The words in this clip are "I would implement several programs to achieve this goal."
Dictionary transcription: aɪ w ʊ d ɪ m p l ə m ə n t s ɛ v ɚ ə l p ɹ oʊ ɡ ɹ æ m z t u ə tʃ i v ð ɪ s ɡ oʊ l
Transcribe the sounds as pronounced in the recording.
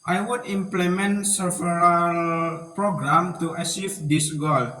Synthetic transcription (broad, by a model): aɪ w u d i m p l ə m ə n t s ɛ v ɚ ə l p ɹ oʊ ɡ ɹ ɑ m t u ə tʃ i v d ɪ s ɡ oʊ l